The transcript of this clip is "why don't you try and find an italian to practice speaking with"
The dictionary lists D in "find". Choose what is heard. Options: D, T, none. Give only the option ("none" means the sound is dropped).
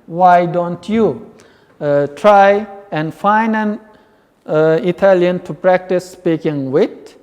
none